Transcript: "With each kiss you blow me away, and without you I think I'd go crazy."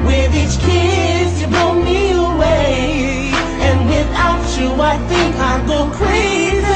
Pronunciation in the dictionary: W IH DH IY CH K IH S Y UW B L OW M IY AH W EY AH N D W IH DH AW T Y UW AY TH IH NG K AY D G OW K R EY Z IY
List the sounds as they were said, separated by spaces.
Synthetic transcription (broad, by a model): W IH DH IY CH K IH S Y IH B OW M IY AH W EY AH N W IH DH AW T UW AY TH IH NG K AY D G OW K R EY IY